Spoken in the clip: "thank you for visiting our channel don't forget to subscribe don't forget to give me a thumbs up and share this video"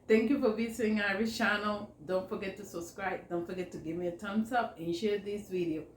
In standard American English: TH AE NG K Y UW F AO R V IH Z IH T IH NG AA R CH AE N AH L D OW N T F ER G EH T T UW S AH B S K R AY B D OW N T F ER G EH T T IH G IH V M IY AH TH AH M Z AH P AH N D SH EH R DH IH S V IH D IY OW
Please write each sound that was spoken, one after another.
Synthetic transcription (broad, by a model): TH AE NG K Y UW F AO R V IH S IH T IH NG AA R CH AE N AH L D OW N T F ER G EH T T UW S AH B S K R AY B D OW N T F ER G EH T T IH G IH V M IY AH T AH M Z AH P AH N SH EH R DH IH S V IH D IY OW